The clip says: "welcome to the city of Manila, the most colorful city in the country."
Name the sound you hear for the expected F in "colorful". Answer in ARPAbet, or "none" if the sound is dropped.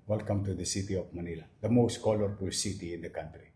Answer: P